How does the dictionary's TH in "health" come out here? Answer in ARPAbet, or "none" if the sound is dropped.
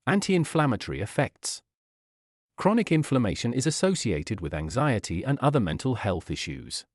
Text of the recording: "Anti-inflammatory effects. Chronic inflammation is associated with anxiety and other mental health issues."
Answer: TH